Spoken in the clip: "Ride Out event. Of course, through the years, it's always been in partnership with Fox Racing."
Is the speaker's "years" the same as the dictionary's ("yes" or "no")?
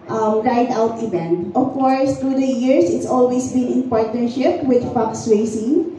no